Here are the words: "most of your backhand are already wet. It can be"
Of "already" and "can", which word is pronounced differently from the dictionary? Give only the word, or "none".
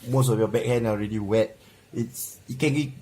none